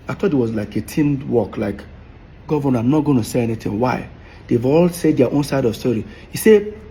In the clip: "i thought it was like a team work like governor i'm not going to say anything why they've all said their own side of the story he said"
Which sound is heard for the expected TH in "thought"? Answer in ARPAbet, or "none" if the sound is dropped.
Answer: T